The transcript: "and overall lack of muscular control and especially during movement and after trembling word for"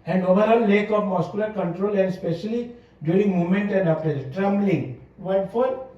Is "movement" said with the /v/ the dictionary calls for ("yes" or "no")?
no